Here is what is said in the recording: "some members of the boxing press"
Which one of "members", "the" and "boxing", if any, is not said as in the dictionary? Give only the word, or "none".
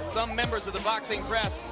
none